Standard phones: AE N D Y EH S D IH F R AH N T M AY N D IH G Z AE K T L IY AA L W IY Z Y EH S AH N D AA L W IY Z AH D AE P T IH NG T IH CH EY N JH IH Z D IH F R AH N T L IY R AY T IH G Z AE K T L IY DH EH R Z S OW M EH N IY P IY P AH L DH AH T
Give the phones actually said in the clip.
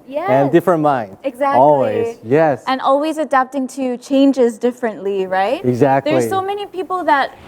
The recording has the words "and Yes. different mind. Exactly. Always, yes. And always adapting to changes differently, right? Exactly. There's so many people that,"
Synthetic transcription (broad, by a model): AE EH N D IH F R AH N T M AY N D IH G Z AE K AA L W IY Z Y EH S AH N AA L W IY Z AH D AE P T IH NG T IH CH EY N JH IH Z D IH F R AH N T L IY R AY T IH G Z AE K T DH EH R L S OW M EH N IY P IY P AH L DH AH T